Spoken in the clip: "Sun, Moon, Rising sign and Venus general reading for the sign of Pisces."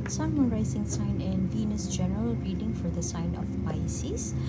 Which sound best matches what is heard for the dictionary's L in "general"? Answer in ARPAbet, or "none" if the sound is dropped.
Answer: L